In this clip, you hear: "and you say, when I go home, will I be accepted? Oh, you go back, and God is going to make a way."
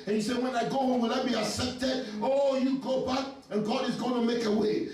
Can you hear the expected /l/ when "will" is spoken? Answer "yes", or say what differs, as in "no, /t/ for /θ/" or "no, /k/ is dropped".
no, /n/ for /l/